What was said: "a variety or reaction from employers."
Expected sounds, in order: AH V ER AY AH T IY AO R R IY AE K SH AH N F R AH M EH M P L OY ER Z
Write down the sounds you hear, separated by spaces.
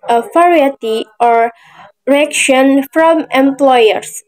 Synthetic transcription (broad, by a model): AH F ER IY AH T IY AO R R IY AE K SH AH N F R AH M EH M P L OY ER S